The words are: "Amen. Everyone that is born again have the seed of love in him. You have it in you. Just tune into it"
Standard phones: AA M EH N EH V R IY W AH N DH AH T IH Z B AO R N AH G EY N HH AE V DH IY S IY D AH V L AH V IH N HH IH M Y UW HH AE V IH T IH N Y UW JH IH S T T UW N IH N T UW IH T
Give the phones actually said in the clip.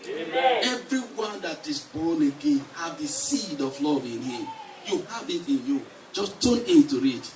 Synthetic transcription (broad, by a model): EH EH V R IY W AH N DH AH T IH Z B AO N AH G EY N HH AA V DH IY S IY D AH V L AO V IH N HH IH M Y UW HH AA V IH T IH N Y UW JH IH S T T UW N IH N T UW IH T